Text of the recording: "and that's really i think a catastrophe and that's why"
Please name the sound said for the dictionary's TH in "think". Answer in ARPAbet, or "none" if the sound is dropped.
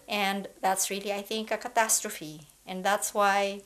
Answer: TH